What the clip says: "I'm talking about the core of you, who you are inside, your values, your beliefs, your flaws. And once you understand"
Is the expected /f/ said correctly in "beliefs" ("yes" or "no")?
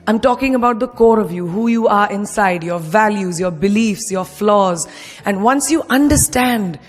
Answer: yes